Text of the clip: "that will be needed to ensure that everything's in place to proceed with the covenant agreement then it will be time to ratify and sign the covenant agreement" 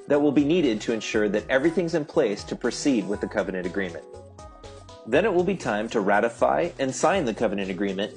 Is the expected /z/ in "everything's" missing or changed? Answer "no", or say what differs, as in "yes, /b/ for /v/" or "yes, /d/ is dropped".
no